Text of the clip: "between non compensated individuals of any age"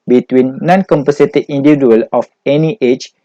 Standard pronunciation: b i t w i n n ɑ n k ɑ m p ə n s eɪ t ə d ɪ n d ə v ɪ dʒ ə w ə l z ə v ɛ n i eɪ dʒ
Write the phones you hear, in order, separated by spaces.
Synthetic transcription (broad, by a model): b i t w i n n ɑ n k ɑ m p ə s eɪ t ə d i n d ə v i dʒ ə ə l ə f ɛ n i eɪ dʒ